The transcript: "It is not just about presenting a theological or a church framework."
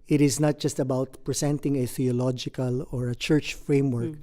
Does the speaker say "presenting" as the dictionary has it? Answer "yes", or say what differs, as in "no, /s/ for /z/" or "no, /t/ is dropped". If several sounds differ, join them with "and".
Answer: no, /s/ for /z/